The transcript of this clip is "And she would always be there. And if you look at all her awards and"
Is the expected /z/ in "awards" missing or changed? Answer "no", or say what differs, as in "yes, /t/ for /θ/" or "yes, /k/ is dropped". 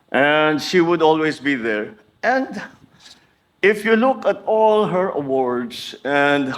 yes, /s/ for /z/